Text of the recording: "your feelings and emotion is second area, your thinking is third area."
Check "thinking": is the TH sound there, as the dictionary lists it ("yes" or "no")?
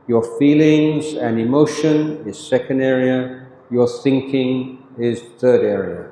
yes